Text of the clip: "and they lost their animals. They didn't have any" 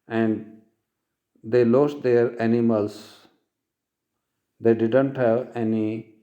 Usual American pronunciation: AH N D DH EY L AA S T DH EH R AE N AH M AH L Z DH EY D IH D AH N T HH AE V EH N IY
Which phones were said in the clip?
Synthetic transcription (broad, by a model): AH N D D EY L AA S T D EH R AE N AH M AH L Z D EY D IH D AH N T HH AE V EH N IY